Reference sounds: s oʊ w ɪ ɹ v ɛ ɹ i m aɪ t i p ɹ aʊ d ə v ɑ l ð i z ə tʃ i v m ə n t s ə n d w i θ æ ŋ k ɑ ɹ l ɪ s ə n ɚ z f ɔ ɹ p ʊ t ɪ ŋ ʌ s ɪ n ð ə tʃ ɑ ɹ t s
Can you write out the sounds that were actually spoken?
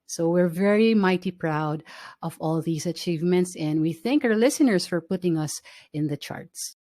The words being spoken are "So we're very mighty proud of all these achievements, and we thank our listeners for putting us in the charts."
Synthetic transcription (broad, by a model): s oʊ w ɪ ɹ v ɛ ɹ i m aɪ t i p ɹ aʊ d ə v ɑ l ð i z ə tʃ i v m ə n t s ə n d w i θ æ ŋ k ɑ ɹ l ɪ s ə n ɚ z f ɔ ɹ p ʊ t ɪ ŋ ʌ s ɪ n ð ə tʃ ɑ ɹ t s